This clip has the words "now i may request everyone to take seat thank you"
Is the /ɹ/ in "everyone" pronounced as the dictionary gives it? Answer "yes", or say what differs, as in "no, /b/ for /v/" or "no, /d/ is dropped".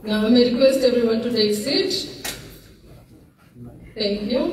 yes